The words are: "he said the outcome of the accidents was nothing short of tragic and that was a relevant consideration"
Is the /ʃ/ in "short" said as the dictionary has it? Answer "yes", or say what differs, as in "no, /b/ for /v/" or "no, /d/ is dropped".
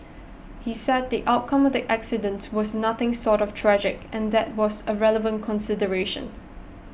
no, /s/ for /ʃ/